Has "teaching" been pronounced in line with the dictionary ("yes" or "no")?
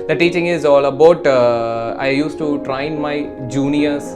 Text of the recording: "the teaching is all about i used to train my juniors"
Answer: yes